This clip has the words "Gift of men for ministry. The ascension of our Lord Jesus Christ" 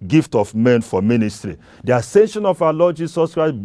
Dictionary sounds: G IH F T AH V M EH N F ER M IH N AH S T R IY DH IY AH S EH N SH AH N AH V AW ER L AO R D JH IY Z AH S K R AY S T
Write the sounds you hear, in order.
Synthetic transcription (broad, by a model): G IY F T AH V M EH N F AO M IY N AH S T R IY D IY AH S EH N SH AH N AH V AW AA L AO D JH IY S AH S K R AY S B